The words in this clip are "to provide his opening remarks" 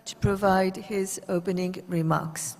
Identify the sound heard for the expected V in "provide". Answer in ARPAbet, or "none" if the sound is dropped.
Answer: V